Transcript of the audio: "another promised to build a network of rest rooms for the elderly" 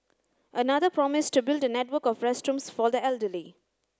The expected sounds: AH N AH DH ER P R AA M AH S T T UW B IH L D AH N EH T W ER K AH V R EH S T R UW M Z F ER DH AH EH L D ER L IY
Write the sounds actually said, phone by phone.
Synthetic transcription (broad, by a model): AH N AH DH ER P R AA M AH S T T UW B IH L D AH N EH T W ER K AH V R EH S T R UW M S F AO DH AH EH L D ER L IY